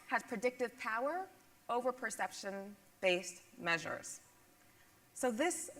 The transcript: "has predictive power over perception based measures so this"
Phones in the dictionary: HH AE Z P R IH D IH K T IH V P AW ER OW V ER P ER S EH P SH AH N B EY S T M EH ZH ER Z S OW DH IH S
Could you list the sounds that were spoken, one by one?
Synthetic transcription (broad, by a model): HH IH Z P R IH D IH K T IH V P AW ER OW V ER P ER S EH P SH AH N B EY S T M EH ZH ER Z S OW DH IH S